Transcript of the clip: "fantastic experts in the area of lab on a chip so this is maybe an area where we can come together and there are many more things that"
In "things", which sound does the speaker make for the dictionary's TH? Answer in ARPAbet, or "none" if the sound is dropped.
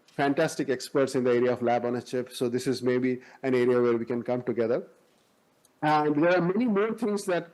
T